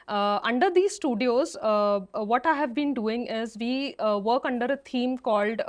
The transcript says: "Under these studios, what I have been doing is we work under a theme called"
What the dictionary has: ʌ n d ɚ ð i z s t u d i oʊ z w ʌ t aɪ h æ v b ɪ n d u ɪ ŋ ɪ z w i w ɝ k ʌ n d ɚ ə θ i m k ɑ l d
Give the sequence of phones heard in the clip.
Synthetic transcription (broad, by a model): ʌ n d ɚ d i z s t u d i oʊ z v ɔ t aɪ h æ v b ɪ n d u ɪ ŋ ɪ z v i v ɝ k ʌ n d ɚ ə t i m k ɑ l d